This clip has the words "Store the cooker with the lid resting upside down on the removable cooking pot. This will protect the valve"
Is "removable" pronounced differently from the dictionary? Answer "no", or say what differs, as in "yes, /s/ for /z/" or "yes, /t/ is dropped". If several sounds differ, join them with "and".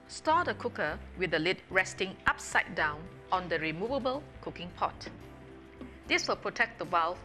no